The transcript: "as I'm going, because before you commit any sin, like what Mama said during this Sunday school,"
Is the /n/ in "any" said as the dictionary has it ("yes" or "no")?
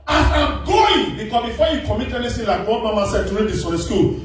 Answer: no